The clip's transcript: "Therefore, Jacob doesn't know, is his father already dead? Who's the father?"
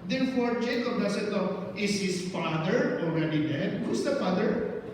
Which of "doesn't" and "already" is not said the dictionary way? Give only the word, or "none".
doesn't